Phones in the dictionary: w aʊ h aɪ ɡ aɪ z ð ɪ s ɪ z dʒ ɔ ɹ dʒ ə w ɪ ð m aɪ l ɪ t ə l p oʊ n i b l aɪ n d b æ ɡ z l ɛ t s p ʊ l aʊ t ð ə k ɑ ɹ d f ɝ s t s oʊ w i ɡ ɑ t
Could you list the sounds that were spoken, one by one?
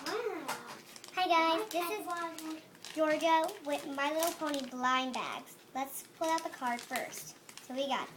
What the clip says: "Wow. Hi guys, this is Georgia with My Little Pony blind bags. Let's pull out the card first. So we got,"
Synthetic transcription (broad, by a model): h aɪ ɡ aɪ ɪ ɪ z dʒ ɔ ɹ dʒ ə w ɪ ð m aɪ l ɪ t l p oʊ n i b l aɪ n b æ ɡ z l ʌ t s p ʊ l aʊ t ð ə k ɑ ɹ d f ɝ s t s oʊ w i ɡ ɑ t